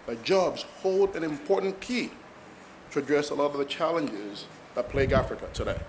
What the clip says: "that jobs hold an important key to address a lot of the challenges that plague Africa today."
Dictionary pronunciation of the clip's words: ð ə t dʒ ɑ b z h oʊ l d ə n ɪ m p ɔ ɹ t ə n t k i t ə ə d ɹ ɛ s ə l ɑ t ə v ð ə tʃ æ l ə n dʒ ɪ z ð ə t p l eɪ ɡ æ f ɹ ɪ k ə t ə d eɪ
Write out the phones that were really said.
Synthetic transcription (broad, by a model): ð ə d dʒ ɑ b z h oʊ l d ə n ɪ m p ɔ ɹ t n k i t ə ə d ɹ ɛ s ə l ɑ t ə v ð ə tʃ æ l ə n dʒ ɪ z ð ə t p l eɪ ɡ æ f ɹ ɪ k ə t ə d eɪ